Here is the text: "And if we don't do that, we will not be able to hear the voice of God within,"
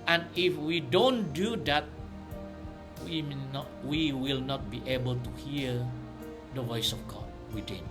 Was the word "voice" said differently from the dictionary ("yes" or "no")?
no